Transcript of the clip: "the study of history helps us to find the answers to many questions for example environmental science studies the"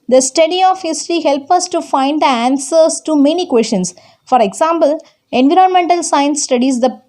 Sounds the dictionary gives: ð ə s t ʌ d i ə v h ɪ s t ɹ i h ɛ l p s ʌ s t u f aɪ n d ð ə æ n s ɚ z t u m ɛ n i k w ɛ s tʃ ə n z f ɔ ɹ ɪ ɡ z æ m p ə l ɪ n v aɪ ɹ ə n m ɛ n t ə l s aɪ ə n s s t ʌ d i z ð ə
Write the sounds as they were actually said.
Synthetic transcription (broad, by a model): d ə s t ʌ d i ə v h ɪ s t ɹ i h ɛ l p ʌ s t u f aɪ n d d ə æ n s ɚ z t u m ɛ n i k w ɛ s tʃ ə n s f ɔ ɹ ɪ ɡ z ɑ m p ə l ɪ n v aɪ ɹ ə n m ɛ n t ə l s aɪ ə n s s t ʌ d i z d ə